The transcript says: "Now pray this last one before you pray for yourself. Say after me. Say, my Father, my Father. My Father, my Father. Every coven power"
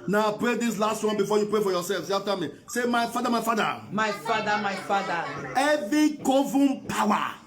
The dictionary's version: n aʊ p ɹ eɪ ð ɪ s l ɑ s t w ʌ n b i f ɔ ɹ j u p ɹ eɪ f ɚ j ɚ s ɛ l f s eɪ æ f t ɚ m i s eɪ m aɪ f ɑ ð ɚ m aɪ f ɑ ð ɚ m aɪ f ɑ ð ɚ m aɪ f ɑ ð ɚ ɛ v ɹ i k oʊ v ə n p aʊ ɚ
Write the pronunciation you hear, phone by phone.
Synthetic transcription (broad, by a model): n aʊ p ɹ eɪ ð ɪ s l ɑ s t w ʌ n b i f ɔ j u p ɹ eɪ f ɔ j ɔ s ɛ l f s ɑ f t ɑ m i s eɪ m aɪ f ɑ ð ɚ m aɪ f ɑ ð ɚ m aɪ f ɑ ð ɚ m aɪ f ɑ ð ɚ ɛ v i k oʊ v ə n p aʊ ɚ